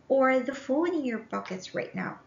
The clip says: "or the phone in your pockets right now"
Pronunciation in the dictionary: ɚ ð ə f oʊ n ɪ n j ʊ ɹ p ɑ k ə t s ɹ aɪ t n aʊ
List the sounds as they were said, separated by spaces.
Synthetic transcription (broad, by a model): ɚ ð ə f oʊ l ɪ n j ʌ ɹ b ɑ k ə t s ɹ aɪ t n aʊ